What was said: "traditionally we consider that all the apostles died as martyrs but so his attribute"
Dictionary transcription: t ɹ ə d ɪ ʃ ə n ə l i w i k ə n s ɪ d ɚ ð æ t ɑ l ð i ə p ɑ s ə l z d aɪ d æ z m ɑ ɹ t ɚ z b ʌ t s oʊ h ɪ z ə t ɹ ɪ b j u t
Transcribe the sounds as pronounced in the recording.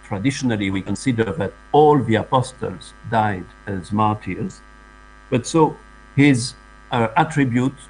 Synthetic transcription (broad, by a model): t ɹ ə d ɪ ʃ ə n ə l i w i k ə n s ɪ d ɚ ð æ t ɑ l ð i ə p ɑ s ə l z d aɪ d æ z m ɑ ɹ t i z b ʌ t s oʊ h ɪ z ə t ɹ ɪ b j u t